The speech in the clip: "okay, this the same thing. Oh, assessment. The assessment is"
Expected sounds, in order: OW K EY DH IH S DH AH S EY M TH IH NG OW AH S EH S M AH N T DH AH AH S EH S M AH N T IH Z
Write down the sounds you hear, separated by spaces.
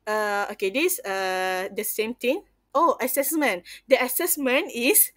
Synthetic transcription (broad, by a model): OW K EY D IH S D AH S EY M T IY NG OW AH S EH S M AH N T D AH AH S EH S M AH N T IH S